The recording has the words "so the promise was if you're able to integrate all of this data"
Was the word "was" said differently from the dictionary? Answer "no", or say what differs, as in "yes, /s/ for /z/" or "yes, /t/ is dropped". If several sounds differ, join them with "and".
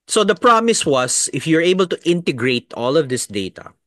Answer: yes, /s/ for /z/